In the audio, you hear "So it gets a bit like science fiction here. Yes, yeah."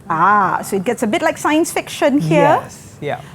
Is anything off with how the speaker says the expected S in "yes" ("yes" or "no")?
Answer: yes